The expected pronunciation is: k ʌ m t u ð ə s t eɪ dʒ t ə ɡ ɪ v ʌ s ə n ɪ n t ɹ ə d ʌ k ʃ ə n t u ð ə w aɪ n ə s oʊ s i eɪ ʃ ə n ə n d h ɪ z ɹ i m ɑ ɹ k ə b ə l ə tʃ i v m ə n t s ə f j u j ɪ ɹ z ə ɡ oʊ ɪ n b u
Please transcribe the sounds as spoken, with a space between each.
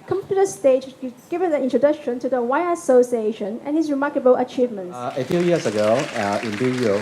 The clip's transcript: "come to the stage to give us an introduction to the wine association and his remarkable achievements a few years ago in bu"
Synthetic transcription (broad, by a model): k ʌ m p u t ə s t eɪ dʒ ɡ ɪ v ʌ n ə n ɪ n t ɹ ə d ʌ k ʃ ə n t u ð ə w aɪ ə s oʊ s i eɪ ʃ ə n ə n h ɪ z ɹ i m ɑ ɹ k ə b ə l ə tʃ i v m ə n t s ə f j u j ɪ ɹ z ə ɡ oʊ ɪ n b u